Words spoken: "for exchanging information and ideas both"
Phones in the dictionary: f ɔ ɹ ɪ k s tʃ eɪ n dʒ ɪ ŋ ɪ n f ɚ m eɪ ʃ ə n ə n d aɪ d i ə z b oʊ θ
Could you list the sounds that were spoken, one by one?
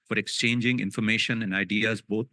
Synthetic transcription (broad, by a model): f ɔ ɹ ɪ k s tʃ eɪ n dʒ ɪ ŋ ɪ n f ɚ m eɪ ʃ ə n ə n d aɪ d i ə z b oʊ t